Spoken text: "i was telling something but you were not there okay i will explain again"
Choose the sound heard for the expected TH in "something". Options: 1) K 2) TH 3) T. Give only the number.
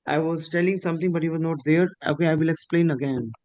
3